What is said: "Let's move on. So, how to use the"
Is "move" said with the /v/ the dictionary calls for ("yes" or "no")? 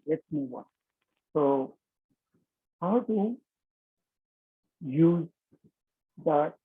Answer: no